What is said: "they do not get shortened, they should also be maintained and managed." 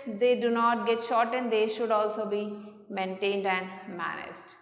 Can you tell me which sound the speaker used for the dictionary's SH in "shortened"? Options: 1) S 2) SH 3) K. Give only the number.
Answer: 2